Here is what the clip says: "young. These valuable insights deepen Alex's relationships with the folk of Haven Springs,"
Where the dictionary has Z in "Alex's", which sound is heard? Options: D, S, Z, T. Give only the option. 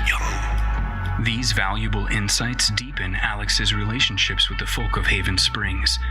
Z